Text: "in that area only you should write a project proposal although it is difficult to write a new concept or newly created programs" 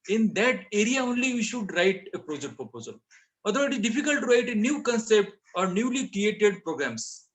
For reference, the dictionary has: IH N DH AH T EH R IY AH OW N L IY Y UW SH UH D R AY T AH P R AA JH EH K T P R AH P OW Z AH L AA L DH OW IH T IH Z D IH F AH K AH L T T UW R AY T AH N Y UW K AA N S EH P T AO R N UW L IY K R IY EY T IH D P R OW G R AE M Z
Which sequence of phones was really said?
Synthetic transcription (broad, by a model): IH N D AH T EH R IY AH OW N L IY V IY SH UH D R AY T AH P R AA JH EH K T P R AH P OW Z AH L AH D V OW IH T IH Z D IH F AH K AH L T T UW R AY T AH N Y UW K AA N S EH P T AO R N UW L IY K R IY EY T IH D P R OW G R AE M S